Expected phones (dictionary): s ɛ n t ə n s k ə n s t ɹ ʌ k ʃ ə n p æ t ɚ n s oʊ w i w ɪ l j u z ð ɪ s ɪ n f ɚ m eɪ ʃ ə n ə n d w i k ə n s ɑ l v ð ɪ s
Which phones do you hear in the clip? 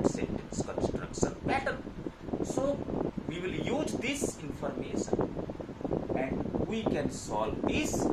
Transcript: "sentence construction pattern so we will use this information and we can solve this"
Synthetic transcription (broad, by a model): s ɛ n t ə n s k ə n s t ɹ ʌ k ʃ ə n b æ t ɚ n s oʊ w i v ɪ l j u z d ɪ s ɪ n f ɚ m eɪ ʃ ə n ə n d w i k ə n s ɑ l v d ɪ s